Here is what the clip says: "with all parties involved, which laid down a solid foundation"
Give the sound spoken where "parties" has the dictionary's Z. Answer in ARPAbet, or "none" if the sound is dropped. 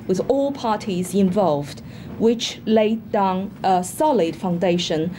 Z